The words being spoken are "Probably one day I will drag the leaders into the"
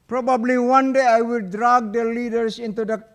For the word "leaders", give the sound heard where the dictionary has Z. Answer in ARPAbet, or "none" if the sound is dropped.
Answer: S